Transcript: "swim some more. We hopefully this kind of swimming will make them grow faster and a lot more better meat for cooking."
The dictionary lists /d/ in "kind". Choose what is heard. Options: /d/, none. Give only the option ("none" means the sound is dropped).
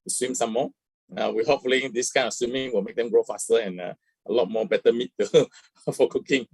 none